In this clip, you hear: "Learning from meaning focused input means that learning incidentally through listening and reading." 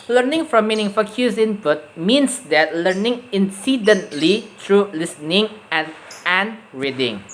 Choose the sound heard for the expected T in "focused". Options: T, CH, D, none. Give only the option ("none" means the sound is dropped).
none